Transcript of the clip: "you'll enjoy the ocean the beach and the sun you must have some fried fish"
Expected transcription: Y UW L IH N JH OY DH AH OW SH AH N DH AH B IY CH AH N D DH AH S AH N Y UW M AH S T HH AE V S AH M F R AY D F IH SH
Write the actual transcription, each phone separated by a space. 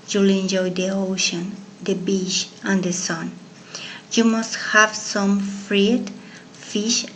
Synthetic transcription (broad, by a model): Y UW L IH N JH OY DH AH OW SH AH N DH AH B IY SH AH N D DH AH S AH N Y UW M AH S T HH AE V S AH M F R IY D F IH SH